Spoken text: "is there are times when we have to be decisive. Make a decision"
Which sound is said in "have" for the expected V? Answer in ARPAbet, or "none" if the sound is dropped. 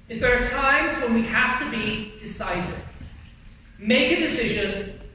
F